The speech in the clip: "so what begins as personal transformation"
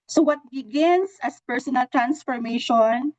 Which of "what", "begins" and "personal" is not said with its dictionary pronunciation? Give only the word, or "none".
begins